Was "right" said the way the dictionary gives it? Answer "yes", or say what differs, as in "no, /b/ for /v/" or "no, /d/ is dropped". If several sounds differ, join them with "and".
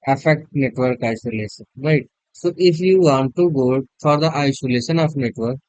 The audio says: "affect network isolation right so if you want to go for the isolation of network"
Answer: yes